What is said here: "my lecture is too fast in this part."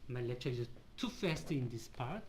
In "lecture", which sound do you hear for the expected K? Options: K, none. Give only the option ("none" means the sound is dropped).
none